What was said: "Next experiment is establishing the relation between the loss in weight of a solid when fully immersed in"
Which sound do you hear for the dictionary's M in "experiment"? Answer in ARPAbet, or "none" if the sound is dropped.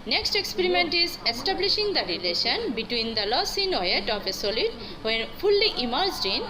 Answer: M